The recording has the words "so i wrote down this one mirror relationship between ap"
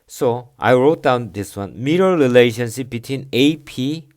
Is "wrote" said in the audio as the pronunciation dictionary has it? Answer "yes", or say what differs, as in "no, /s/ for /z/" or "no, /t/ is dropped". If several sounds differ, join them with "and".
yes